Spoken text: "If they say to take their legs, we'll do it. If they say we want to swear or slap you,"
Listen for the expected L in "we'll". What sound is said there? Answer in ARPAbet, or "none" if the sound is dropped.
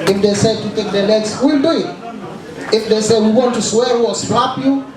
L